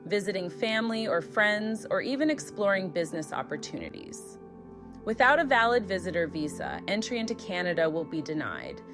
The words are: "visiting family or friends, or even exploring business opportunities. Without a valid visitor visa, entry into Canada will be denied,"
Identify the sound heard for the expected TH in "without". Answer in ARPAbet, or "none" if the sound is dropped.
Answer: TH